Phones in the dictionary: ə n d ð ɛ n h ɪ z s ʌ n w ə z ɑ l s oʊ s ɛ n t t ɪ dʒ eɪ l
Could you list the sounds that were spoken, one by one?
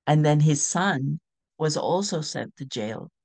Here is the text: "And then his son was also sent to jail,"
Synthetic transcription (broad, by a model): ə n ð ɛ n ɪ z s ʌ n w ə z ɑ l s oʊ s ɛ n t t ɪ dʒ eɪ l